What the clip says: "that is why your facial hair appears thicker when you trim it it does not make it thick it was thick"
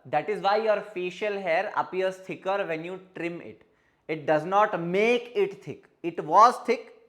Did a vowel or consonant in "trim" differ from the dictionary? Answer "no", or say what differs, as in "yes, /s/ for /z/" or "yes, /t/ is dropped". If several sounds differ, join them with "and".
no